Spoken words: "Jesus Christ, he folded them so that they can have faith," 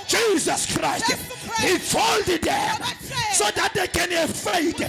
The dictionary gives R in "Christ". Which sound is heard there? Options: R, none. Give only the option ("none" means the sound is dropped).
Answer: R